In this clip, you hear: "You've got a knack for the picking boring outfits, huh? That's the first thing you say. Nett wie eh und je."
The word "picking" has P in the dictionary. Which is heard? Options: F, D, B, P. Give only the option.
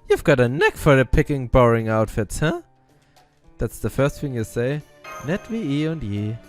P